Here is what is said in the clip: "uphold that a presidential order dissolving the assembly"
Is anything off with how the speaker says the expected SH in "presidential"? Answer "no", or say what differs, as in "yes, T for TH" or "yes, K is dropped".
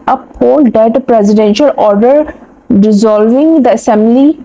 no